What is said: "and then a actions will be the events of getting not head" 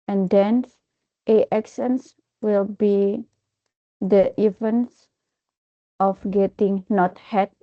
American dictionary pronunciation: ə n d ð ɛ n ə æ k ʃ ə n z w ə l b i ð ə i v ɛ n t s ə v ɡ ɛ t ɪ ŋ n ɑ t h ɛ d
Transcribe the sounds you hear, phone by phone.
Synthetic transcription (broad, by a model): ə n d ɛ n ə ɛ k s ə n s w ə l b i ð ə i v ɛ n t s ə f ɡ ɛ t ɪ ŋ n ɑ t h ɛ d